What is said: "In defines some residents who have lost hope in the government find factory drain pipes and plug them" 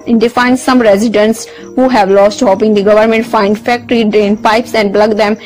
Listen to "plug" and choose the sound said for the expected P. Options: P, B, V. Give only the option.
B